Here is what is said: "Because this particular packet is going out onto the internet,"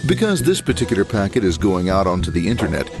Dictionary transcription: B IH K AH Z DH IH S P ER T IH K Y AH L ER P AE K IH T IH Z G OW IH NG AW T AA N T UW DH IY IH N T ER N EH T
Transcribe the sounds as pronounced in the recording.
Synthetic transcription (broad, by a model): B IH K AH Z DH IH S P ER T IH K Y L ER P AE K IH T IH Z G OW IH NG AW T AA N T UW DH IY IH N T ER N EH T